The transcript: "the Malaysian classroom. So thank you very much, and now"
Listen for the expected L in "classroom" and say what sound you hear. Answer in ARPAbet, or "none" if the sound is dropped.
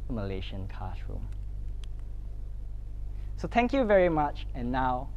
none